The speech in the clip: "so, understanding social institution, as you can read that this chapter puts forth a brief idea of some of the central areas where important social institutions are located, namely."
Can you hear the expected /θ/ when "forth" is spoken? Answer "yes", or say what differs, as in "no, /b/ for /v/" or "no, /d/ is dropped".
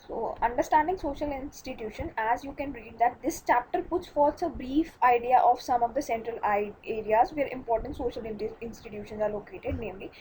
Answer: no, /s/ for /θ/